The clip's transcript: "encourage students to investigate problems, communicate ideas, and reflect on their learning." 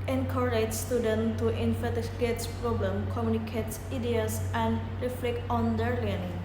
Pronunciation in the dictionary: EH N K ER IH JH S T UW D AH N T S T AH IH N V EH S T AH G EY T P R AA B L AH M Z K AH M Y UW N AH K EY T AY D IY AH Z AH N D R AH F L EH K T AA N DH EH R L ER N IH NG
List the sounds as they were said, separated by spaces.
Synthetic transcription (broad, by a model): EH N K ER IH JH S T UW D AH N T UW T AH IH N F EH T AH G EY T P R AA B L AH M K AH M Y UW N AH K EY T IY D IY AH S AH N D R AH F L EH K T AA N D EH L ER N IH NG